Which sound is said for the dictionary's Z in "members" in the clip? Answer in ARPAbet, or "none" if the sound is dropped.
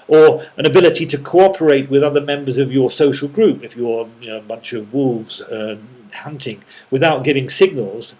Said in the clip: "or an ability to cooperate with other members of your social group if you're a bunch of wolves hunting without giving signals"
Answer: Z